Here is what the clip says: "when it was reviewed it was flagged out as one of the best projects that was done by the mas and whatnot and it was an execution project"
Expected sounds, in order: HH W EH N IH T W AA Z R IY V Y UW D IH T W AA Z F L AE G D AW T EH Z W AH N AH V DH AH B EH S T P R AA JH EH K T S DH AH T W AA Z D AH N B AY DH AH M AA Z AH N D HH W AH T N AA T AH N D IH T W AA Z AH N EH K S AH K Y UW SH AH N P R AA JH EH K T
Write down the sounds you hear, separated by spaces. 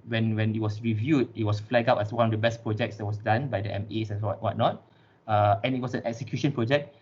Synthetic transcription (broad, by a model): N W EH N IH T W AA S R IY V Y UW D IH T W AA S F L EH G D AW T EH S W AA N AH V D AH B EH S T P R AA JH EH K T S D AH T W AA S D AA N B AY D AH M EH S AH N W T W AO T N AA T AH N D IH T W AA S AH N EH K S AH K Y UW SH AH N P R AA JH EH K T